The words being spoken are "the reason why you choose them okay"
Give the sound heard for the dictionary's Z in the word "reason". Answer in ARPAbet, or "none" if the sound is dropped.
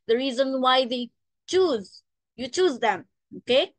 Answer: Z